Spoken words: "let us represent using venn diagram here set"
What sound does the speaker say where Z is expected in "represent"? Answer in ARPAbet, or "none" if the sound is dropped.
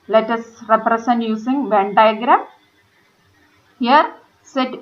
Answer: S